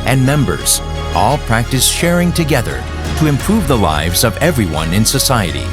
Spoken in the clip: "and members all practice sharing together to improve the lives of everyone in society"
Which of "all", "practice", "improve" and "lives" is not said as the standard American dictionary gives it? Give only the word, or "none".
none